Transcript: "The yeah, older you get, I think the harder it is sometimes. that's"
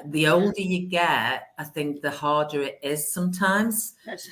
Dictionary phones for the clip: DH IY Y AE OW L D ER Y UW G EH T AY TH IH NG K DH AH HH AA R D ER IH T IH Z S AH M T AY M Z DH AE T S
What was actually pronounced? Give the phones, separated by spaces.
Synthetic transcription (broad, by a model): DH IY OW L D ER Y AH G EH T AY TH IH NG K DH AH HH AA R D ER IH T IH Z S AH M T AY M Z